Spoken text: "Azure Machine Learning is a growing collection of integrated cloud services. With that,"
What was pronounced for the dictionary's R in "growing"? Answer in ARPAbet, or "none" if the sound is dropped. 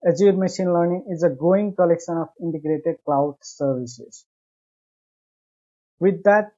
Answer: none